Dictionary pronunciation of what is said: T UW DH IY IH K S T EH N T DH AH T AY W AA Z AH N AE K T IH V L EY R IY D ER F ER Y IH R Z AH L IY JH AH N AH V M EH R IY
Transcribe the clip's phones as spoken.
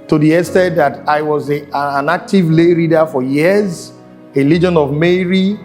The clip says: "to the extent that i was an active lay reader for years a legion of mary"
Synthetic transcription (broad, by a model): T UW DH IY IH S T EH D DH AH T AY W AA Z AH N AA K T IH V L EY R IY D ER F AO Y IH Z AH L IY JH AH N AH V M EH R IY